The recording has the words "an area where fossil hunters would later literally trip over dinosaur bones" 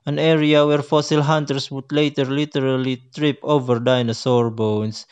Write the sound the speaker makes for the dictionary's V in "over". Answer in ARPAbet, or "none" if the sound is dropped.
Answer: V